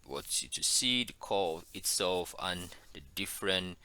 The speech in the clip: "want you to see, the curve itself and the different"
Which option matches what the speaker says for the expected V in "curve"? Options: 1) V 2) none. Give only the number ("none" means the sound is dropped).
2